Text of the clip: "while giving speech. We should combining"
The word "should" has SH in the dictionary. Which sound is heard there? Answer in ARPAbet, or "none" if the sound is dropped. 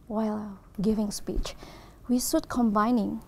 S